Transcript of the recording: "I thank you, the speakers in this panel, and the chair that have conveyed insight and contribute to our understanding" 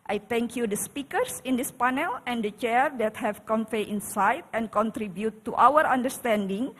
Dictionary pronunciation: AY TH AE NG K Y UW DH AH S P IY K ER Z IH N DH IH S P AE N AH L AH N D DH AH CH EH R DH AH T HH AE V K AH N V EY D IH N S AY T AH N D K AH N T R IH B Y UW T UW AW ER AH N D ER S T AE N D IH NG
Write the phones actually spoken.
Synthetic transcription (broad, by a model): AY T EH NG K Y UW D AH S P IY K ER S IH N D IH S P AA N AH L AH N D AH CH EH R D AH T HH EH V K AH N F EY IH N S AY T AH N K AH N T R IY B Y UW T UW AW ER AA N D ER S T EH N D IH NG